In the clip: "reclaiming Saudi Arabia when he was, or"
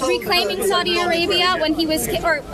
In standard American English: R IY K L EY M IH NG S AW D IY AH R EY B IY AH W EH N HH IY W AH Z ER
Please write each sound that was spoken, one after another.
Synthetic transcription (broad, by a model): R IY K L EY M IH NG S AW D IY AH R EY B IY AH W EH N IY W AH Z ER